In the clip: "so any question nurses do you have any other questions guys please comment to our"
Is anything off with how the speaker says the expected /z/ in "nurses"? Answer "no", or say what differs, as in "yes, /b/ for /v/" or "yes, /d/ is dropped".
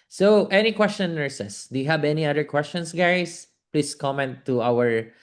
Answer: yes, /s/ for /z/